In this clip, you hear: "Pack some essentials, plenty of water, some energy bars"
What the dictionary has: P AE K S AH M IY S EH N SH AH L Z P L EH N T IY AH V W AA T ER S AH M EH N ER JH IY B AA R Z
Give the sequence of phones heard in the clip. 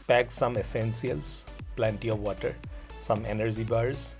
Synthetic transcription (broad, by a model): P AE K S AH M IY S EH N S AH L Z P L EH N T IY AH V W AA T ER S AH M EH N ER JH IY B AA R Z